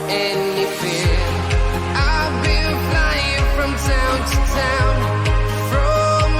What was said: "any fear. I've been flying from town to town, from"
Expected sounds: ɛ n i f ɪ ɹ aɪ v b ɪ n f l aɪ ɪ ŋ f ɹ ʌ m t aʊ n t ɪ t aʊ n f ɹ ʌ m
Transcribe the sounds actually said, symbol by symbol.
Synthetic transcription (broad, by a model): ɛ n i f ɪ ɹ aɪ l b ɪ l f l aɪ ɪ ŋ f ɹ ʌ m t aʊ n t ɪ t aʊ n f ɹ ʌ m